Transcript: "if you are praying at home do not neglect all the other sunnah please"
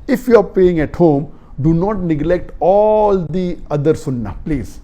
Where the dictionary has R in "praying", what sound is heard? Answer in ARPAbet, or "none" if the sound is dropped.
none